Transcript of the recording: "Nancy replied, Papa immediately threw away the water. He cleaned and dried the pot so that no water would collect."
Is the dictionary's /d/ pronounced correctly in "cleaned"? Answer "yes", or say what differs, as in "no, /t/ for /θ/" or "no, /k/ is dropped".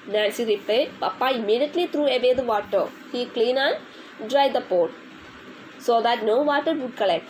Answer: no, /d/ is dropped